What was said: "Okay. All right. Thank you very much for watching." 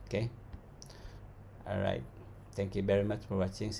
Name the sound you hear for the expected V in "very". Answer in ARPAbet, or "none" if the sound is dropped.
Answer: V